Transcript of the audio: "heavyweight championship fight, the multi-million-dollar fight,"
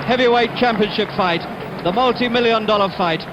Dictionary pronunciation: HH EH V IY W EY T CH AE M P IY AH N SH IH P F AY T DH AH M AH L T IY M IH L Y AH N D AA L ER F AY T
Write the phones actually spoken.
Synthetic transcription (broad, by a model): HH EH V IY W EY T CH AE M P IY AH N SH IH P F AY T DH AH M AH L T IY M IH L Y AH N D AA L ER F AY T